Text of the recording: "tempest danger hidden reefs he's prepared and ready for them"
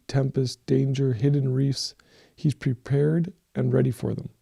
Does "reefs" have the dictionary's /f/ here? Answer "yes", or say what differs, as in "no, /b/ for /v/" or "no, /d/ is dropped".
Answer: yes